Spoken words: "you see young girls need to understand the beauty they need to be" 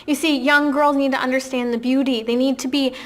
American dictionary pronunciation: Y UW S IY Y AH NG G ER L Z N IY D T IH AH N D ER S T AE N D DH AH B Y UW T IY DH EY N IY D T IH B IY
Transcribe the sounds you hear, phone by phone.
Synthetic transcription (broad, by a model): Y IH S IY Y AH NG G ER L Z N IY D T IH AH N D ER S T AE N DH AH B Y UW T IY DH EY N IY D T IH B IY